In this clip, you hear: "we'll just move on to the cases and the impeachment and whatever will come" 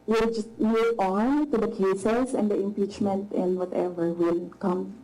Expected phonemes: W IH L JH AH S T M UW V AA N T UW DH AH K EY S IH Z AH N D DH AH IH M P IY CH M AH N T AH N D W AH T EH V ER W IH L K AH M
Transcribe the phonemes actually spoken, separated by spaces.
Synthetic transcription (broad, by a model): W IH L JH AH S T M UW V AA N T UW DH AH K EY S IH S AH N D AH IH M P IY CH M AH N T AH N W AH T EH V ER W IH L K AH M